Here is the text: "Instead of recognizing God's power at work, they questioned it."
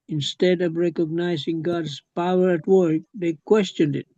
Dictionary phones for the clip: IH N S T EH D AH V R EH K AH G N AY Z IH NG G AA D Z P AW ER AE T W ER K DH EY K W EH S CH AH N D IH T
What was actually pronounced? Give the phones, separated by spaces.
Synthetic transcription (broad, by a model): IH N S T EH D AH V R EH K AH G N AY Z IH NG G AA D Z P AW ER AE T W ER K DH EY K W EH S CH AH N D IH T